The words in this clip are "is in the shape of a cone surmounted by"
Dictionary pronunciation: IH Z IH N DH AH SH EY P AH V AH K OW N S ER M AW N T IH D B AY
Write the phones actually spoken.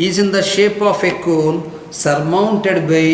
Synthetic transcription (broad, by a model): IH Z IH N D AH SH EY P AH F AH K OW L S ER M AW N T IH D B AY